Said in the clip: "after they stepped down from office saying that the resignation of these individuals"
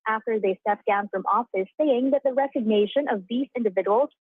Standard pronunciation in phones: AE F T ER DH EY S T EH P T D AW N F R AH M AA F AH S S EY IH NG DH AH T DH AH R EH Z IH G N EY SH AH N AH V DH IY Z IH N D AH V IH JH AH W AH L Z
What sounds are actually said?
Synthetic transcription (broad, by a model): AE F T ER DH EY S T EH P D AW N F R AH M AA F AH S S EY IH NG DH AH T DH AH R EH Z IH G N EY SH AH N AH V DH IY S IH N D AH V IH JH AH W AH L